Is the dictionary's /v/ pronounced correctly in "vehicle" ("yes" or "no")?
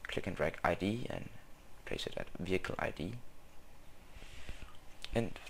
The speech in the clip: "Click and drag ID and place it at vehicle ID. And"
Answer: yes